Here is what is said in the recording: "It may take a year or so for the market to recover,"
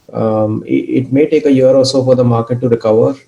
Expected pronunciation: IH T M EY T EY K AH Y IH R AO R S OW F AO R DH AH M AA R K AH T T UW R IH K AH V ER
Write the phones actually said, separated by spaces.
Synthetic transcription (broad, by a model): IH T M EY T EY K AH Y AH R AO L S OW F AO R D AH M AA R K AH T T UW R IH K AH V ER